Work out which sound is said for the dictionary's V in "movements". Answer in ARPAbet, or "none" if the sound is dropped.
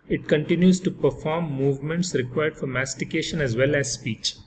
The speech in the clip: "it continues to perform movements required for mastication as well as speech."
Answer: V